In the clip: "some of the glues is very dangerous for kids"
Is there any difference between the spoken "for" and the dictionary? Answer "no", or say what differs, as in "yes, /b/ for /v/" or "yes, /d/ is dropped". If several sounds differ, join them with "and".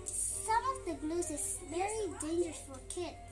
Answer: yes, /l/ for /ɹ/